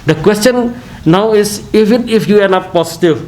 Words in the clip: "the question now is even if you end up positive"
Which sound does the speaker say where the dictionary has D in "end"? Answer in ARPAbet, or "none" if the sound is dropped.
none